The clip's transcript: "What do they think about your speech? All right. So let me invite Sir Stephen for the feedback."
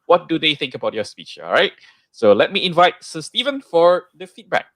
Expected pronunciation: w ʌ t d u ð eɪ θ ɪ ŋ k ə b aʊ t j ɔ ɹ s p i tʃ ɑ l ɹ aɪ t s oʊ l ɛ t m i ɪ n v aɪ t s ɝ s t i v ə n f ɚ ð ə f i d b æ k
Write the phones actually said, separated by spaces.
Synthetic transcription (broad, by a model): w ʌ t d u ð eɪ θ ɪ ŋ k ə b aʊ t j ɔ s p i tʃ ɑ l ɹ aɪ t s oʊ l ɛ t m i ɪ n v aɪ t s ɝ s t i v ə n f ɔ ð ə f i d b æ k